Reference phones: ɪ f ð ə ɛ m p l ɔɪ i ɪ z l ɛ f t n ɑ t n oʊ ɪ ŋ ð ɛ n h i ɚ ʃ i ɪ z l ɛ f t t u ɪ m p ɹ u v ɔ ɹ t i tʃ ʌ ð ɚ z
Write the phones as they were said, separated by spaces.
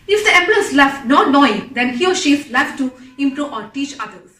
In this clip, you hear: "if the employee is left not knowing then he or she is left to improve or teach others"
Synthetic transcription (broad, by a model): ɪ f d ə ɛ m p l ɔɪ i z l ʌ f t n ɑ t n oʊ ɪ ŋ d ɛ n h i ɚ ʃ i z l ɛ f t t u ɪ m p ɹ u ɔ ɹ t i tʃ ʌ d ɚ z